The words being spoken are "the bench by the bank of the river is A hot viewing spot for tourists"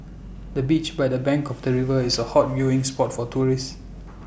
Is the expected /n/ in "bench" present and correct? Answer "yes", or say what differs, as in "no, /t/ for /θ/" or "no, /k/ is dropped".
no, /n/ is dropped